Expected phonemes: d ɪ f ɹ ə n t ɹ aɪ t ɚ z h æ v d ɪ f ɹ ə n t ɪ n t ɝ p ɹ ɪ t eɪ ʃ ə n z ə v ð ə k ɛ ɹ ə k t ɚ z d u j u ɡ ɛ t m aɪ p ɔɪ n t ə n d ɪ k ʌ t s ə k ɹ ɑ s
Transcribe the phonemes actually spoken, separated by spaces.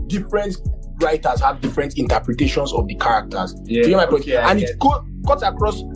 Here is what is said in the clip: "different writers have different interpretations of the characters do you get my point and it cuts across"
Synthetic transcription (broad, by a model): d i f ɹ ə n t ɹ aɪ t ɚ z h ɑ v d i f ɹ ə n t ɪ n t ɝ p ɹ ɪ t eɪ ʃ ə n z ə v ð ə k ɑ ɹ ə k t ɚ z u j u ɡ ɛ m aɪ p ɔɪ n ə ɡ ɪ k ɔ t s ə k ɹ ɑ s